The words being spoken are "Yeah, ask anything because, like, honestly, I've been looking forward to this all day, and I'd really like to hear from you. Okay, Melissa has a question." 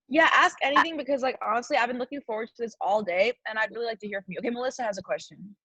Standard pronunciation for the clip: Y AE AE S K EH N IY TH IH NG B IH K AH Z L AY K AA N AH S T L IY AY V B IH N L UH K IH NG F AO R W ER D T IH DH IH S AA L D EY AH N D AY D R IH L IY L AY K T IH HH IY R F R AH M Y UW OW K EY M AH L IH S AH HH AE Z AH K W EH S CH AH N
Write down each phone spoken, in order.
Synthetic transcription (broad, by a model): Y AE AE S K EH N IY TH IH NG B IH K AH Z L AY K AA N AH S T L IY AY V B IH N L UH K IH NG F AO R W ER D T IH DH IH S AA L D EY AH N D AY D R IH L IY L AY K T IH HH IY R F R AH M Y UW OW K EY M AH L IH S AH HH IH Z AH K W EH S CH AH N